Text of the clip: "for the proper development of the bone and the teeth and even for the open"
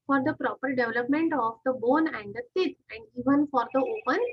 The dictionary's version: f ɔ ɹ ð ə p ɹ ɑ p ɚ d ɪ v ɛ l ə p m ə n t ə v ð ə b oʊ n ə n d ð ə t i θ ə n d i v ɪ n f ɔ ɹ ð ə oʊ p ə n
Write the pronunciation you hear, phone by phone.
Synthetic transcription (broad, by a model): f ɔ ɹ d ə p ɹ ɑ p ɚ d ɪ v ɛ l ə p m ə n t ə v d ə b oʊ n ə n d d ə s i t ə n d i v ɪ n f ɔ ɹ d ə oʊ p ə n